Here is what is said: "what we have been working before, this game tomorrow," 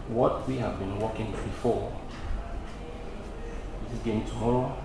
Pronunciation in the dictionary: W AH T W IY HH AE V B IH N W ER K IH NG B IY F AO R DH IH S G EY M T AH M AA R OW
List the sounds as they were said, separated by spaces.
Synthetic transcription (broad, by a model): W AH T W IY HH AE V B IH N W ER K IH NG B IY F AO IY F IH G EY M T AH M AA R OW